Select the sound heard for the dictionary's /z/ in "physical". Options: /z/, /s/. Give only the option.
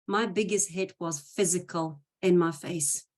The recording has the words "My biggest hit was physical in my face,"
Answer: /z/